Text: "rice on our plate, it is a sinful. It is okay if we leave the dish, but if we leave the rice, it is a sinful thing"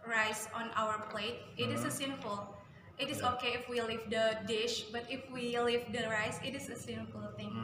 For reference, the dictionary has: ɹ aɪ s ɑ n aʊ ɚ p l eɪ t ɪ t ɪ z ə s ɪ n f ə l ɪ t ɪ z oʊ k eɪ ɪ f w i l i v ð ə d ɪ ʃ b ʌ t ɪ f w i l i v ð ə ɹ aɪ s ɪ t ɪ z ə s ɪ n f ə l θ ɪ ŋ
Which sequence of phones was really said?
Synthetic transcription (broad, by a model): ɹ aɪ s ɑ n aʊ ɚ p l eɪ t ɪ t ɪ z ə s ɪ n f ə l ɪ t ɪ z oʊ k eɪ ɪ f w i l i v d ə d ɪ ʃ b ʌ t ɪ f w i l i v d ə ɹ aɪ s ɪ t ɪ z ə s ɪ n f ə l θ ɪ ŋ